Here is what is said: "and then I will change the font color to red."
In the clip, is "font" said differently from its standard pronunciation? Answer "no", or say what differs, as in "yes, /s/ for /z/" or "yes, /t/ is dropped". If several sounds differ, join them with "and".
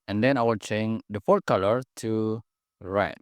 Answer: yes, /n/ is dropped